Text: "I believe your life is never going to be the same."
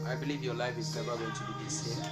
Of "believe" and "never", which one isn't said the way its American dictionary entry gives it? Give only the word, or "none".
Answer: never